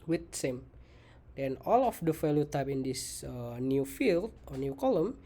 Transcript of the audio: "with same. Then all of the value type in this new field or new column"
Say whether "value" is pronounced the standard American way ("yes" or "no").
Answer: no